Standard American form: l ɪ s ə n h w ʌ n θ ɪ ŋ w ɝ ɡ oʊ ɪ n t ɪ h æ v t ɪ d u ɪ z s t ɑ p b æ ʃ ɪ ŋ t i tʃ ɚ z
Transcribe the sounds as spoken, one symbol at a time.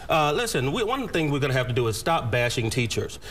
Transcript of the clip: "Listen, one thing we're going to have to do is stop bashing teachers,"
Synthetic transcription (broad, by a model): l ɪ s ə n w w ʌ n θ ɪ ŋ w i ɡ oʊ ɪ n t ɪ h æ f t ɪ d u ɪ z s t ɑ p b æ ʃ ɪ ŋ t i tʃ ɚ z